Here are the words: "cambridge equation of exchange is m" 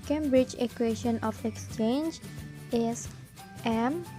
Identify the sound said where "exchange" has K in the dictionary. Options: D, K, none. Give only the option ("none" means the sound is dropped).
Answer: K